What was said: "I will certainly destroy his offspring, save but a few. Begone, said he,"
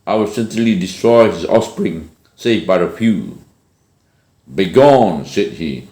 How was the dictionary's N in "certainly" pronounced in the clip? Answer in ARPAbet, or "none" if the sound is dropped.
none